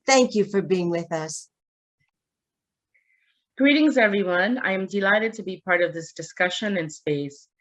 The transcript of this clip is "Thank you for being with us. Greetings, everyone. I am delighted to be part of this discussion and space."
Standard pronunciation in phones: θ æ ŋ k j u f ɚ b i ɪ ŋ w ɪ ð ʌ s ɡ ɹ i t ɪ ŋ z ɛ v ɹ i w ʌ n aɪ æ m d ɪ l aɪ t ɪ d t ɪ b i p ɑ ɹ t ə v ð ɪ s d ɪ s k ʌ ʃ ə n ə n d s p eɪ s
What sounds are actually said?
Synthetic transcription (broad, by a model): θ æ ŋ k j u f ɚ b i ɪ ŋ w ɪ ð ʌ s ɡ ɹ i t ɪ ŋ z ɛ v ɹ i w ʌ n aɪ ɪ m d ɪ l aɪ t ɪ d t ɪ b i p ɑ ɹ t ə v ð ɪ s d ɪ s k ʌ ʃ ə n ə n s p eɪ s